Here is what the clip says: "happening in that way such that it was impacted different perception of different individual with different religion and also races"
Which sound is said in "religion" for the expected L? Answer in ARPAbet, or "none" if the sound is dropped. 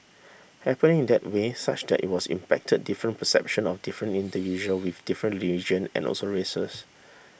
none